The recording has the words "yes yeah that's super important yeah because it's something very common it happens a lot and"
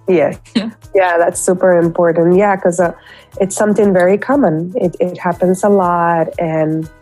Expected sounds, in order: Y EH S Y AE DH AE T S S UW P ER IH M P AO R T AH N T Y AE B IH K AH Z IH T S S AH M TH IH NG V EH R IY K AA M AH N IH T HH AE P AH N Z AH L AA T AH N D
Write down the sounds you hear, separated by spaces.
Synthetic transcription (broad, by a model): Y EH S Y AE DH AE T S S UW P ER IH M P AO R T N T Y AE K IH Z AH IH T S S AH M TH IH NG V EH R IY K AA M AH N IH T HH AE P AH N Z AH L AA T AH N